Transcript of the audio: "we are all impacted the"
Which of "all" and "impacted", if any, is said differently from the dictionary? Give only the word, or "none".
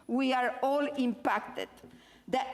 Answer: none